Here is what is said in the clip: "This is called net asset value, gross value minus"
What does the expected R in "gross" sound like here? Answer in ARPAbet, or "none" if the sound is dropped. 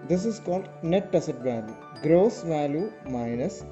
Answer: R